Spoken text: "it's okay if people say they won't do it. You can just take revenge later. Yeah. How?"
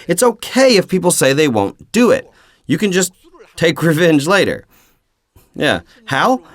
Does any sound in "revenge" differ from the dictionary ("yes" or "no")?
no